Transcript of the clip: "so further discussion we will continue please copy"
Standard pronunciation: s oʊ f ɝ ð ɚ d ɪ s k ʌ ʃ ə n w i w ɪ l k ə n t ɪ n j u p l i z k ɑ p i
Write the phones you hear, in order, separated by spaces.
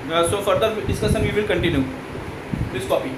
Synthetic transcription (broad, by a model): s oʊ f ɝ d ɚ d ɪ s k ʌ s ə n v i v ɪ l k ə n t ɪ n j u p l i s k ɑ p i